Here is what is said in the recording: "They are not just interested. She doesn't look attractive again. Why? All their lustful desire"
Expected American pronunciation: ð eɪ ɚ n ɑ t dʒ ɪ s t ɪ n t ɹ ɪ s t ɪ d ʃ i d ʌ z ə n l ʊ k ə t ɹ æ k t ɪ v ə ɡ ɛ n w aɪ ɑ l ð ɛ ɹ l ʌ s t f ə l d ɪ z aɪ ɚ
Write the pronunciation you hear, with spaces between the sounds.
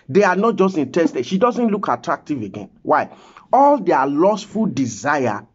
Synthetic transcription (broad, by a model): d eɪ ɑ n ɑ t dʒ ɪ s t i n t ɪ s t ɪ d ʃ i d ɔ z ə n l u k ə t ɹ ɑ k t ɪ v ə ɡ ɛ n w aɪ ɑ l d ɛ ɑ l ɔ s f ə l d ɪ z aɪ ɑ